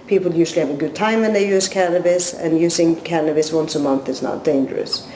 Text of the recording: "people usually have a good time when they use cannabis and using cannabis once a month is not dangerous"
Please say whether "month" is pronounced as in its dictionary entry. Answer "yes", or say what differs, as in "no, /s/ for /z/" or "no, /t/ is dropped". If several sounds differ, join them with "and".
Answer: yes